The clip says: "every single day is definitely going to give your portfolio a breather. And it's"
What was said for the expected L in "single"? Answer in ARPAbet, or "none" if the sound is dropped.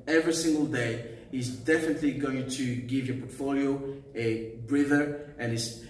L